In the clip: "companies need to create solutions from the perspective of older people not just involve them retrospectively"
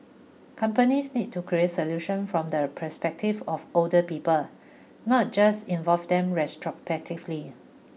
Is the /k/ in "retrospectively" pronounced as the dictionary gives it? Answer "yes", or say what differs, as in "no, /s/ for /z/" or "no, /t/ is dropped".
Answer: no, /k/ is dropped